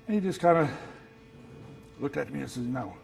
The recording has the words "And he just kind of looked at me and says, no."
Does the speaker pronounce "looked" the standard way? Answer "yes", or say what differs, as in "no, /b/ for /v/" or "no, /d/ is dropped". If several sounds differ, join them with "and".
yes